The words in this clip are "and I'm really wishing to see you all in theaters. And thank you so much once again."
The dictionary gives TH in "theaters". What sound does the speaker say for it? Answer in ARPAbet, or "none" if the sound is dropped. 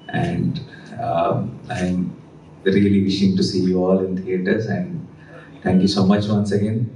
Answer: T